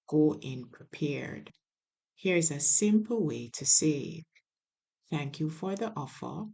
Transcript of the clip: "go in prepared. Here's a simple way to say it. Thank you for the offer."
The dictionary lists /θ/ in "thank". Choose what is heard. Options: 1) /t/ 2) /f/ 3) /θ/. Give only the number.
3